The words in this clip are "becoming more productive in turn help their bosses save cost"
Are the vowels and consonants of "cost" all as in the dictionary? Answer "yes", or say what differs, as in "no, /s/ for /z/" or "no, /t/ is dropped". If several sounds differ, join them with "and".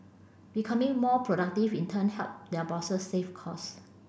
no, /t/ is dropped